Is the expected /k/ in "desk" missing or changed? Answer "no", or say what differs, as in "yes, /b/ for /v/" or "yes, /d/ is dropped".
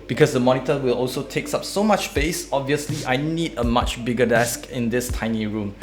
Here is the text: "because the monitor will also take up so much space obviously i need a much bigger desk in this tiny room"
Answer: no